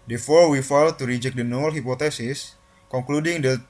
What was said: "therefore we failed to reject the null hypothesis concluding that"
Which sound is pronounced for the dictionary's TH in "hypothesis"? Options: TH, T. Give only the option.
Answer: T